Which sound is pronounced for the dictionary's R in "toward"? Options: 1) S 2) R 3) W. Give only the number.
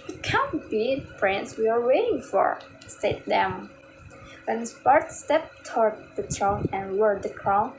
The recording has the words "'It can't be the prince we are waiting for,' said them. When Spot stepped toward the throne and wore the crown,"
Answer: 2